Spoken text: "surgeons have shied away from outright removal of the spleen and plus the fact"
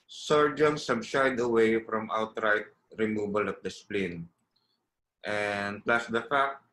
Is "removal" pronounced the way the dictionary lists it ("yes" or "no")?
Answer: no